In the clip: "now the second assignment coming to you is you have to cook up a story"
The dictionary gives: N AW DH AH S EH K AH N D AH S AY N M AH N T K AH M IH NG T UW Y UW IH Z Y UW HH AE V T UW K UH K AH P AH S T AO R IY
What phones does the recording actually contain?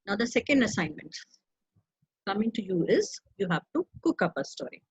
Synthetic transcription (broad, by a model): N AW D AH S EH K AH N D AH S AY N M AH N T K AH M IH NG T UW Y UW IH Z Y UW HH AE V T UW K UH K AH P AH S T AO R IY